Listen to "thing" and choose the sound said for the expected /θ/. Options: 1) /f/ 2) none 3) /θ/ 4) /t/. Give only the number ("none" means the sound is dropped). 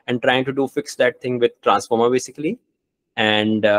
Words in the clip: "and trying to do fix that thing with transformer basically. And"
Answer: 4